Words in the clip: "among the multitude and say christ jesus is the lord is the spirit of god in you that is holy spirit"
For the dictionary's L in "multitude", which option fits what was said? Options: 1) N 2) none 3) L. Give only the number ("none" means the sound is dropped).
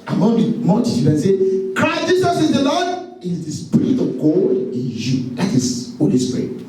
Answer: 1